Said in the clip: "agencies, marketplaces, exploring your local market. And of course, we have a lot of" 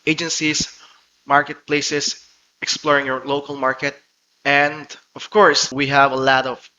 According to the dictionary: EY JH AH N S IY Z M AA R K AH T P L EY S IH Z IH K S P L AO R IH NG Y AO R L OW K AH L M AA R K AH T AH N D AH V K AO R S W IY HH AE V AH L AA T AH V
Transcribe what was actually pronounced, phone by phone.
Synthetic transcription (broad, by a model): EY JH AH N S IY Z M AA R K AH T P L EY S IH S IH K S P L AO R IH NG Y AO R L OW K AH L M AA R K AH T AH N D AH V K AO R S W IY HH AE V AH L AA T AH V